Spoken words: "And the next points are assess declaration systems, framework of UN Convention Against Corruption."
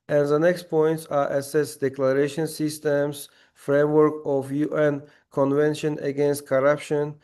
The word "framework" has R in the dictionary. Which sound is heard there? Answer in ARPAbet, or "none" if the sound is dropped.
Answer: R